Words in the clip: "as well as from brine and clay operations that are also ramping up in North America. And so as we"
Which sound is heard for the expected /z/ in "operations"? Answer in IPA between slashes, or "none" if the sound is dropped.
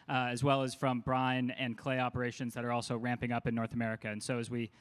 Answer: /z/